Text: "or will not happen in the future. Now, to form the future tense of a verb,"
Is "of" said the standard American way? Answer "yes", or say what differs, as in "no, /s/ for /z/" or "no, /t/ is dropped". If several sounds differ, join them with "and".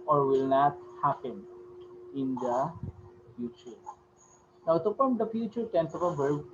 no, /p/ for /v/